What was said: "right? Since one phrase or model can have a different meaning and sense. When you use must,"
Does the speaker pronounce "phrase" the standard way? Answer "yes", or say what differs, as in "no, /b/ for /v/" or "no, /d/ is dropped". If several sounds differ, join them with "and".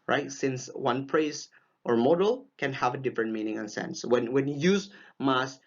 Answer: no, /p/ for /f/